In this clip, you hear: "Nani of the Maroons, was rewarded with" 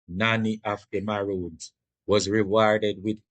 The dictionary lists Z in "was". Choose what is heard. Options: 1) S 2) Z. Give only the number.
2